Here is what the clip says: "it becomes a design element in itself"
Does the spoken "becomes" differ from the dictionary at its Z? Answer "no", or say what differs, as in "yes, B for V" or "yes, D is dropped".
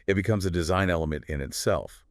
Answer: no